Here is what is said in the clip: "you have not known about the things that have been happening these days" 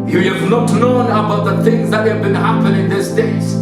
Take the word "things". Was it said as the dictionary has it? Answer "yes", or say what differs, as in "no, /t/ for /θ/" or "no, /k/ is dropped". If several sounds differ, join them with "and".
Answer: yes